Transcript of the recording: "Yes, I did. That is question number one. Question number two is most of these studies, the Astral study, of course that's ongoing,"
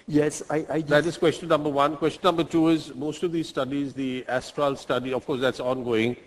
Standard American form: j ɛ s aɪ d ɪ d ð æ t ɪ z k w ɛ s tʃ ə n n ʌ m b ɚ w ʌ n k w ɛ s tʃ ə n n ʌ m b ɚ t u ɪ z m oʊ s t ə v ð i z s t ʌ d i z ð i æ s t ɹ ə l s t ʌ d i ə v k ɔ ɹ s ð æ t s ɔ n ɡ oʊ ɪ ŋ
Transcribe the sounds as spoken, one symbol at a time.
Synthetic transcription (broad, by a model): j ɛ s aɪ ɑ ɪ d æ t ɪ z k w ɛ s tʃ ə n n ʌ m b ɚ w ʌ n k w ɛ s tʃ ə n n ʌ m b ɚ t u ɪ z m oʊ s t ə v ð i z s t ʌ d i z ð i æ s t ɹ ə l s t ʌ d i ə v k ɔ ɹ s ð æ t s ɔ n ɡ oʊ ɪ ŋ